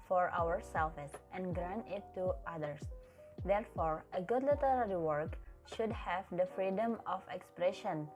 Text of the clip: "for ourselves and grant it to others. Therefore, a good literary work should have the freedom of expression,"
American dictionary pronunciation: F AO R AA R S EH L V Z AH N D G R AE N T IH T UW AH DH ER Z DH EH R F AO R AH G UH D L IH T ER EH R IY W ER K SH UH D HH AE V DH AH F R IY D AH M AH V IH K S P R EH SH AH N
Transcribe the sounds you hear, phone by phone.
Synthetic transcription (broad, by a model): F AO R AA R S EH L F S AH N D G R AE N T IH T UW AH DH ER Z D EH R F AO R AH G UH D L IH T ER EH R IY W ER K SH UH D HH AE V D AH F R IY D AH M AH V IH K S P R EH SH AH N